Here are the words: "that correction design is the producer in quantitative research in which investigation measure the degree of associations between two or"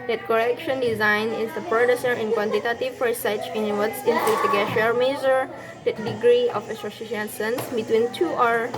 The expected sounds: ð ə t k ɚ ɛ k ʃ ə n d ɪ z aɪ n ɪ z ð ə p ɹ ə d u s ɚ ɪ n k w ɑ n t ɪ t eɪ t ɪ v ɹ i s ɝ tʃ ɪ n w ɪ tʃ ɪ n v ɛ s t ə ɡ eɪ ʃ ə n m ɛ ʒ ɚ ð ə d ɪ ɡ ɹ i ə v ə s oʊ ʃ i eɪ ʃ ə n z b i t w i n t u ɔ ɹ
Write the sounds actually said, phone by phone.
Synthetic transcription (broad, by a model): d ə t k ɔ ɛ k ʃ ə n d ɪ z aɪ n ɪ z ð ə p ɹ ə d u s ɚ ɪ n k w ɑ n t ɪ t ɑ t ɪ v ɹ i s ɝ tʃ ɪ n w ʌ s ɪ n p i t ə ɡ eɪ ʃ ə l m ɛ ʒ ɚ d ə d ɪ ɡ ɹ i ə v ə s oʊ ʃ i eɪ s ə n s b i t w i n t u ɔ ɹ